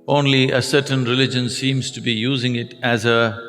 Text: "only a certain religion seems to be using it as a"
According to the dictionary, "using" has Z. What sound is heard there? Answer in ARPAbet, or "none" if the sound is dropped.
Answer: Z